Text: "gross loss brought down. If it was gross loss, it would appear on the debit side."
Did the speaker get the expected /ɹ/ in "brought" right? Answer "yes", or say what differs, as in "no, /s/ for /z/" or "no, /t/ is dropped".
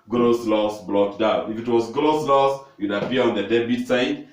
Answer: no, /l/ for /ɹ/